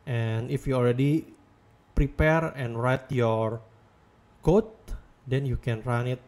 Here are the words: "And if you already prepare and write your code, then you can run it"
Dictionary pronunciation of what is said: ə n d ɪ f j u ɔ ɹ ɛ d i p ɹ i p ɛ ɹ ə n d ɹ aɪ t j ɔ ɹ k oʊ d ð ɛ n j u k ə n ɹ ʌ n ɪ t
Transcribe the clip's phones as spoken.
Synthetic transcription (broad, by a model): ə n ɪ f j u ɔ l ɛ d i p ɹ i p ɛ ɹ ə n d ɹ aɪ t j ɔ ɹ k oʊ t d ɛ n j u k ə n ɹ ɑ n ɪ t